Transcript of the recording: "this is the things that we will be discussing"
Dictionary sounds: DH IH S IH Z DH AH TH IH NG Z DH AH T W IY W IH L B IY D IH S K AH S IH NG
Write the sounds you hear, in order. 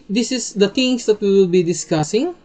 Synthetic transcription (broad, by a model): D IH S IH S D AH T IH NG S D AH T W IY W IH L B IY D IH S K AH S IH NG